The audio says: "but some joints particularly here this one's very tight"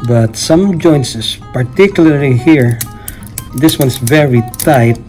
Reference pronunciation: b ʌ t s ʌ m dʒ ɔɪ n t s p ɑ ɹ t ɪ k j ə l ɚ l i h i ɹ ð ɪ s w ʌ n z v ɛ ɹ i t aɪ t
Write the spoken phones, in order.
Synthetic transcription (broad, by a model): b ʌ t s ʌ m dʒ ɔɪ n s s p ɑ ɹ t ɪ k j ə l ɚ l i h i ɹ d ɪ s w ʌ n s v ɛ ɹ i t aɪ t